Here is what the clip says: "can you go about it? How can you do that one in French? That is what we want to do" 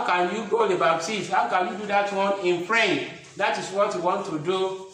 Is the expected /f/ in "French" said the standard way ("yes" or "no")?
no